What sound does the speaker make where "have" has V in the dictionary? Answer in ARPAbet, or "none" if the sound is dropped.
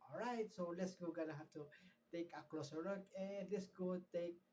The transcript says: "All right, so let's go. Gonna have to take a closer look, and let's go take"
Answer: F